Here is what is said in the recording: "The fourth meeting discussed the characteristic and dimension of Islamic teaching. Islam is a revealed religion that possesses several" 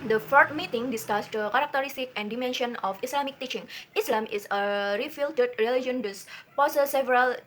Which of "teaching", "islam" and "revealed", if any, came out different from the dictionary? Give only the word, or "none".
revealed